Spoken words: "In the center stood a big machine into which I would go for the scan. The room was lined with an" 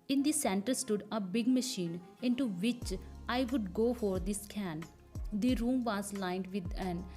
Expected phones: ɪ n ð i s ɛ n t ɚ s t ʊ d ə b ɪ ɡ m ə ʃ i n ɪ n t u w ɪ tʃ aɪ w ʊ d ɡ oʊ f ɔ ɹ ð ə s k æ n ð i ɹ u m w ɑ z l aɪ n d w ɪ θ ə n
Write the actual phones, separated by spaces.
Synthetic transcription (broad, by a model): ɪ n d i s ɛ n t ɚ s t ʊ d ə b ɪ ɡ m ə ʃ i n ɪ n t u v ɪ tʃ aɪ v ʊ d ɡ oʊ f ɔ ɹ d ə s k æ n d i ɹ u m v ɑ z l aɪ n d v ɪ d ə n